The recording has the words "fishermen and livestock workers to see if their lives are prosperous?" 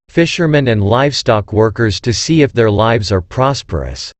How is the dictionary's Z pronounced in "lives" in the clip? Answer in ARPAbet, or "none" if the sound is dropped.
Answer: Z